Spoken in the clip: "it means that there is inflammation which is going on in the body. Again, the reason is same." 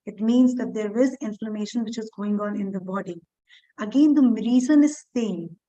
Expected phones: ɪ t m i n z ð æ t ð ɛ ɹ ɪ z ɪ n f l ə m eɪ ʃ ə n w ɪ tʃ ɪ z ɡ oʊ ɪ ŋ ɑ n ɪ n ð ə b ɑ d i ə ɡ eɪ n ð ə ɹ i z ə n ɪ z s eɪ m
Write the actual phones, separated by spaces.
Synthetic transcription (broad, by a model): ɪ t m i n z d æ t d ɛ ɹ ɪ z ɪ n f l ə m eɪ ʃ ə n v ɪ tʃ ɪ z ɡ oʊ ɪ ŋ ɑ n ɪ n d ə b ɑ d i ə ɡ eɪ n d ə ɹ i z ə n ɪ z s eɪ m